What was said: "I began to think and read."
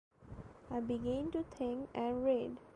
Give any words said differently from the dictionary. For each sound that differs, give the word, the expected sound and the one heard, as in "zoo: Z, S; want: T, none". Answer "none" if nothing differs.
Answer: think: TH, T